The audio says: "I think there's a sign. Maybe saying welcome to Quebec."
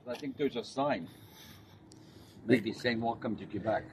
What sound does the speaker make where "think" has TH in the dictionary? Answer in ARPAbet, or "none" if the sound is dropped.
TH